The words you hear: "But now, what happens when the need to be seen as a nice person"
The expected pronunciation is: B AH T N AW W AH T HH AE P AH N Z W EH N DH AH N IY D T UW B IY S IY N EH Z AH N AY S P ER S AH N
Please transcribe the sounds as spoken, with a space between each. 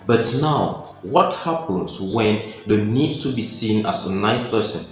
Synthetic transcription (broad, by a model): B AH T N AW W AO T HH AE P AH N S W EH N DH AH N IY D T UW B IY S IY N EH S AH N AY S P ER S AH N